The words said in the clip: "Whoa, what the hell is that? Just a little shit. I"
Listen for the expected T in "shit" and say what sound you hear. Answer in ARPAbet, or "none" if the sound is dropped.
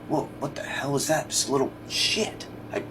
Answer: T